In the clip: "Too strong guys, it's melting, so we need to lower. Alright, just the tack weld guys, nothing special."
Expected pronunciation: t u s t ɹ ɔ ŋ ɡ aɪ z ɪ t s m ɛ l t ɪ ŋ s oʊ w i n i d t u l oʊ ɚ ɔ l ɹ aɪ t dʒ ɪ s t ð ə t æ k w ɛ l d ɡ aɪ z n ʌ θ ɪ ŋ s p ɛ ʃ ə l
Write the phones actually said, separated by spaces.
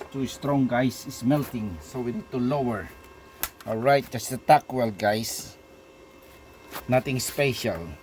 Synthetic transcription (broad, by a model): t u s t ɹ ɔ ŋ ɡ aɪ s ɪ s m ɛ l t ɪ ŋ s oʊ w i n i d t u l oʊ ɚ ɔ ɹ aɪ t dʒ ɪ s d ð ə t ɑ k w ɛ l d ɡ aɪ s n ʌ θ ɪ ŋ s p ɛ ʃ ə l